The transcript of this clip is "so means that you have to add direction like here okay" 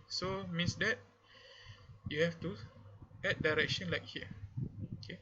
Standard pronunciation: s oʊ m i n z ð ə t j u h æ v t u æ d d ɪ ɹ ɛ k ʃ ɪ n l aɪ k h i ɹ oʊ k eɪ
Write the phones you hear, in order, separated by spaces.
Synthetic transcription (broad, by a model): s oʊ m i n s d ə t j u h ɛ f t u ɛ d d ɪ ɹ ɛ k ʃ ɪ n l aɪ k h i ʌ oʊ k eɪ